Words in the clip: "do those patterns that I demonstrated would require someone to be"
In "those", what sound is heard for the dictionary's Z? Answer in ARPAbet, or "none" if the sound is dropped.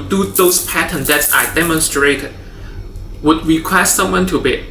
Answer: S